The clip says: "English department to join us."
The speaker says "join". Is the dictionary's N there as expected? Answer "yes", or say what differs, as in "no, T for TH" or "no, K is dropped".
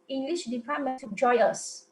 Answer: no, N is dropped